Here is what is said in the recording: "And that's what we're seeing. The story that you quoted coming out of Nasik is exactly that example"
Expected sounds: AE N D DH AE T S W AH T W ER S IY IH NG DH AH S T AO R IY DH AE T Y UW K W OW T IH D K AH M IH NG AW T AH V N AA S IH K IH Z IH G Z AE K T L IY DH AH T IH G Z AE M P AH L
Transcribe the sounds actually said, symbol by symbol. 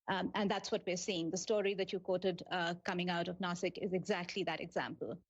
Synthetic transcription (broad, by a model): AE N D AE T S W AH T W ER S IY IH NG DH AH S T AO R IY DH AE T Y UW K W OW T IH D K AH M IH NG AW T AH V N AA S IH K IH Z IH G Z AE K T L IY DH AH T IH G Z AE M P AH L